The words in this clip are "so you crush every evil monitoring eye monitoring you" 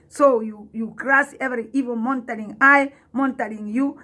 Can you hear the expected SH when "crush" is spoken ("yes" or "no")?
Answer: no